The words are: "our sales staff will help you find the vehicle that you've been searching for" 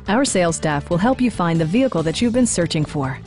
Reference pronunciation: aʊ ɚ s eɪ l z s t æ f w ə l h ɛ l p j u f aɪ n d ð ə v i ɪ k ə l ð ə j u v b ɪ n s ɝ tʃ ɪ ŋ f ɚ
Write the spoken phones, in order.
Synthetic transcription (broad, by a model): aʊ ɚ s eɪ l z s t æ f w ə l h ɛ l p j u f aɪ n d ð ə v i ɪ k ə l ð ə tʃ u v b ɪ n s ɝ tʃ ɪ ŋ f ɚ